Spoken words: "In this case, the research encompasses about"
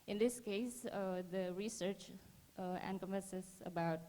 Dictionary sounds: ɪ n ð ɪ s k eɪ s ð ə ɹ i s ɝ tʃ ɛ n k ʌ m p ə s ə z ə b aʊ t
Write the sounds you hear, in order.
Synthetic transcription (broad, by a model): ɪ n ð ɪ s k eɪ s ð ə ɹ i s ɝ tʃ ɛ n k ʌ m ə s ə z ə b aʊ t